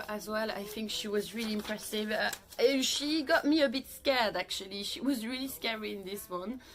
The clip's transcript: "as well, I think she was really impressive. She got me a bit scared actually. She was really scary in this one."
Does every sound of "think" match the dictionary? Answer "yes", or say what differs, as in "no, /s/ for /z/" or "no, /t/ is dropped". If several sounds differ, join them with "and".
yes